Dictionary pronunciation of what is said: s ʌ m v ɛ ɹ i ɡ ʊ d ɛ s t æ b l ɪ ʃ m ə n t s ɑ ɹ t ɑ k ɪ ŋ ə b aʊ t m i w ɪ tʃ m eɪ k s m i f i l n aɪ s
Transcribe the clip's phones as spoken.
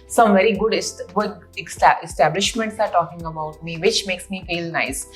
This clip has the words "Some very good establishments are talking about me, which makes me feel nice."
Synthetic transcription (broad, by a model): s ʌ m v ɛ ɹ i ɡ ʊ d ɛ s t æ b l ɪ ʃ m ə n t s ɑ ɹ t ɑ k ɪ ŋ ə b aʊ t m i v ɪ tʃ m eɪ k s m i f i l n aɪ s